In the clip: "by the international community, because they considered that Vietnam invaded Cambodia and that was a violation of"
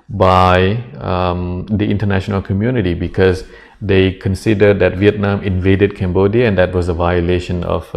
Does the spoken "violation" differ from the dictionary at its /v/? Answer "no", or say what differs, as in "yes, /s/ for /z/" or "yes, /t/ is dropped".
no